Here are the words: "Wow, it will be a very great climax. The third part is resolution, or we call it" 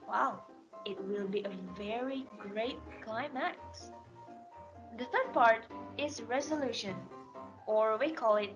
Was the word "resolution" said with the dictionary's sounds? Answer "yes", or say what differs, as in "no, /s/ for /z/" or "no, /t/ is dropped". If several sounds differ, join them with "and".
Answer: yes